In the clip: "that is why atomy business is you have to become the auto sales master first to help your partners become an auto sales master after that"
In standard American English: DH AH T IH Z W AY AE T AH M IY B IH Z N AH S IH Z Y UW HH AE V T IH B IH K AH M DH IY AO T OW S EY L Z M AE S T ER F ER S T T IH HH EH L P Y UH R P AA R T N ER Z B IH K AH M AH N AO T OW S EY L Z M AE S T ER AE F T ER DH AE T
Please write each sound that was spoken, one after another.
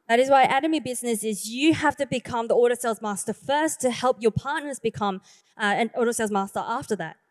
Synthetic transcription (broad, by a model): DH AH T IH Z W AY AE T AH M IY B IH Z N AH S IH Z Y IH HH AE F T IH B IH K AH M DH IY AO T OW S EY L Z M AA S T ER F ER S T T IH HH EH L P Y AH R P AA R T N ER Z B IH K AH M AH N AO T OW S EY L Z M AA S T ER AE F T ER DH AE T